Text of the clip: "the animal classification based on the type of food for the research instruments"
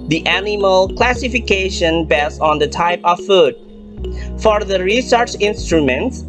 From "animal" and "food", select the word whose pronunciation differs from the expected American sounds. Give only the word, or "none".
none